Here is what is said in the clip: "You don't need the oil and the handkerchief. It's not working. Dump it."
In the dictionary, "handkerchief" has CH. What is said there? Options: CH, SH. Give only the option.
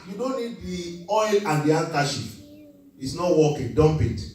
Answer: SH